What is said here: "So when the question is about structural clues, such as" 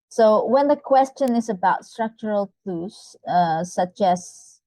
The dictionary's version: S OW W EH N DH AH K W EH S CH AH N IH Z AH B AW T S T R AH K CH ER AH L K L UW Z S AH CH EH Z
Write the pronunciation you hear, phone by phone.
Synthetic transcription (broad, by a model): S OW W EH N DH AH K W EH S CH AH N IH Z AH B AW T S T R AH K CH ER AH L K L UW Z S AH CH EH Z